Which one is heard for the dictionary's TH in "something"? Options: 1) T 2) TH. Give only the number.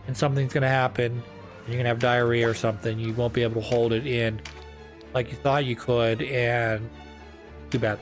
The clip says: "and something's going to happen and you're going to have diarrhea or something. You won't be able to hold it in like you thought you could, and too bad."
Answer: 2